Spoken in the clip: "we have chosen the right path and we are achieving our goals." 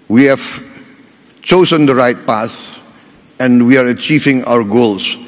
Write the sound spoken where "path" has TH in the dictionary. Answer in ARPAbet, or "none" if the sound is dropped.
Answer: S